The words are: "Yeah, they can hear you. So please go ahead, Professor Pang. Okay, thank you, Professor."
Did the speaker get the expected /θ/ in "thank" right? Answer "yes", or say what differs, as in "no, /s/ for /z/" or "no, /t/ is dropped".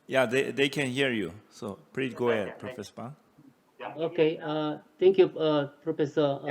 no, /t/ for /θ/